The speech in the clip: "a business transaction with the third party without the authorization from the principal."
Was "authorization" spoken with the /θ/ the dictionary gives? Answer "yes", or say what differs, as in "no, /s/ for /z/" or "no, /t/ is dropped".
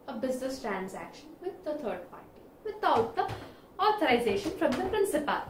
no, /t/ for /θ/